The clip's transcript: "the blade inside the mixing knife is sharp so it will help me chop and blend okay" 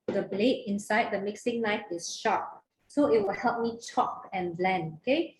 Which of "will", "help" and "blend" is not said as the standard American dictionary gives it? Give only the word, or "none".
blend